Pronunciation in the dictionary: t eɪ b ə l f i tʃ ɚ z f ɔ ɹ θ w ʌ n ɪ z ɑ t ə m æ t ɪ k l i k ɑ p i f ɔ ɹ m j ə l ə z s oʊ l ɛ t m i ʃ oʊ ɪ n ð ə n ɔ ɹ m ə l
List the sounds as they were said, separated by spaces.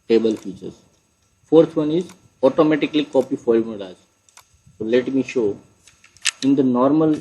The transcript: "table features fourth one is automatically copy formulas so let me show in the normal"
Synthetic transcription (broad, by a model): t eɪ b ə l f i tʃ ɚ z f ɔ ɹ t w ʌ n ɪ z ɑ t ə m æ t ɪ k l i k ɑ p i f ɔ l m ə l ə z s oʊ l ɛ t m i ʃ oʊ ɪ n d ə n ɔ ɹ m ə l